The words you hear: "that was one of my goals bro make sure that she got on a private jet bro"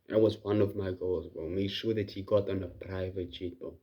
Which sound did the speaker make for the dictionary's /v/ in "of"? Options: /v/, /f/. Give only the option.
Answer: /v/